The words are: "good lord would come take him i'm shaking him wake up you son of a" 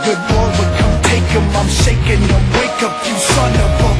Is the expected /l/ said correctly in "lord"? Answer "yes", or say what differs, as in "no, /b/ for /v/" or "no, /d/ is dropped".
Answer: no, /w/ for /l/